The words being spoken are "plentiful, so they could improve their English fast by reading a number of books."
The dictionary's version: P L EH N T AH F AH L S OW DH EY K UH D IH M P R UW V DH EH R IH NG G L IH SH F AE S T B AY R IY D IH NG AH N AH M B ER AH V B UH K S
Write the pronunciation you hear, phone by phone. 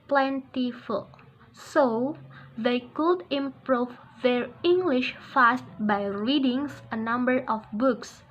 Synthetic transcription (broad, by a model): P L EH N T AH F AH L S OW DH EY K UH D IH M P R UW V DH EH R IH NG G L IH SH F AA S T B AY R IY D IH NG AH N AH M B ER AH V B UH K S